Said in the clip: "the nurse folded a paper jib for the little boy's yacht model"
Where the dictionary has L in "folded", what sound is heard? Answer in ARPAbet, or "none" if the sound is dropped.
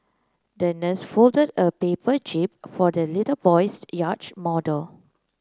L